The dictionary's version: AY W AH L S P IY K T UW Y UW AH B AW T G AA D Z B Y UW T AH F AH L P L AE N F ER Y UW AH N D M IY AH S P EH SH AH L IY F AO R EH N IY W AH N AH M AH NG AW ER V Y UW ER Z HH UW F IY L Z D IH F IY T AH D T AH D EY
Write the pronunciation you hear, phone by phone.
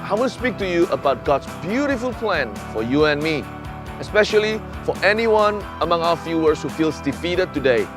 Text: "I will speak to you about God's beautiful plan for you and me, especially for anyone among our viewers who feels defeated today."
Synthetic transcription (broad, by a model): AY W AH N S P IY K T UW Y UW AH B AW T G AA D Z B Y UW T AH F AH L P L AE N F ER Y UW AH N M IY AH S P EH SH AH L IY F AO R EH N IY W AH N AH M AH NG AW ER F Y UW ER S HH UW F IY L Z D IH F IY T AH D T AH D EY